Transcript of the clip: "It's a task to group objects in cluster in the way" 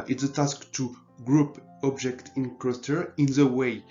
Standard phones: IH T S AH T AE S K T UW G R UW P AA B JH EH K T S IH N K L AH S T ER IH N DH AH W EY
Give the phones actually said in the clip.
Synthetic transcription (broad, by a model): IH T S AH T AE S K T UW G R UW P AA B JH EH K T IH N K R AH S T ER IH N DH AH W EY